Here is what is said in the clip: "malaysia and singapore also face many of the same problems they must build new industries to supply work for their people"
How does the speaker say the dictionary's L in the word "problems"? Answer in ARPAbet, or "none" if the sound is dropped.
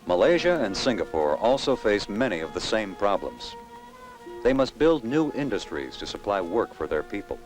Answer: L